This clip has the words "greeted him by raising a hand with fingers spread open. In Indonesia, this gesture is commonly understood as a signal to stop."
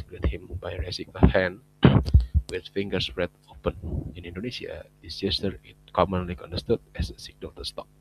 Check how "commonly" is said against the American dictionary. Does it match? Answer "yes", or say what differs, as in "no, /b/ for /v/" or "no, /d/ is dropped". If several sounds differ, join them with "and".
yes